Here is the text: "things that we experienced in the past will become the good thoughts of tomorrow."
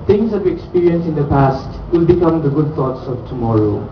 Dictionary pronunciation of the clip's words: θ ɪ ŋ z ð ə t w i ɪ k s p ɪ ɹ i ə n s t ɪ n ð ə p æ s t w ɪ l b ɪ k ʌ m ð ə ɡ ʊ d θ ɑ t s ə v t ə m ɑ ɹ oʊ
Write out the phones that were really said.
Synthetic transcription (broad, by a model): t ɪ ŋ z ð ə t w i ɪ k s p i ɹ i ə n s ɪ n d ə p æ s t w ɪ l b ɪ k ʌ m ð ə ɡ ʊ d t ɑ t s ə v t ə m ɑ ɹ oʊ